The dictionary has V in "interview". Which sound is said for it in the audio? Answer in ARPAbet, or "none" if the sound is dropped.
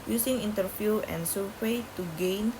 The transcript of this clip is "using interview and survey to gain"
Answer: F